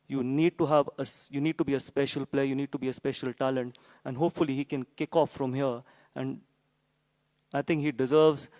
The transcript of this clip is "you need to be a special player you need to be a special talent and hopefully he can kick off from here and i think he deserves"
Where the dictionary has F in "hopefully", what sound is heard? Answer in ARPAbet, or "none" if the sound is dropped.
F